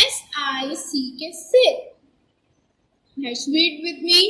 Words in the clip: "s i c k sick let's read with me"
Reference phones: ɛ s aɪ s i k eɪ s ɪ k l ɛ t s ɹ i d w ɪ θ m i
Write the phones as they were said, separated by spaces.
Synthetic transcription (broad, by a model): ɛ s aɪ s i k eɪ s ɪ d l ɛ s w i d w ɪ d m i